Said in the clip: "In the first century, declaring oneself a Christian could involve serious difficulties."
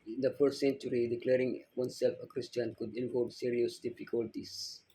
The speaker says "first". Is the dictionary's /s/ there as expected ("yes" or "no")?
no